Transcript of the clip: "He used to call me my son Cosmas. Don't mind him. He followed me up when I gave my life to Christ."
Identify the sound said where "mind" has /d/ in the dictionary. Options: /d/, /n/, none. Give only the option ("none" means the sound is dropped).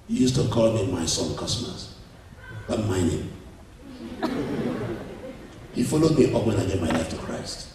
none